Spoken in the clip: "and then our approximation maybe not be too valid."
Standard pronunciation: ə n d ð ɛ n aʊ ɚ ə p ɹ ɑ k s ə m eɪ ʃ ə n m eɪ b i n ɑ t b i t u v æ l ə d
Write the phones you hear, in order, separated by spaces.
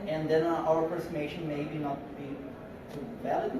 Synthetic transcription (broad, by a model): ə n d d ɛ n aʊ ɚ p ɑ s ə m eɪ ʃ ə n m eɪ b i n ɑ t b i t u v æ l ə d